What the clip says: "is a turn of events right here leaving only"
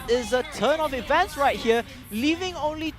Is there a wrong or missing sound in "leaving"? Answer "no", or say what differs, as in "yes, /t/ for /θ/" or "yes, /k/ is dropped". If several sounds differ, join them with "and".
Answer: no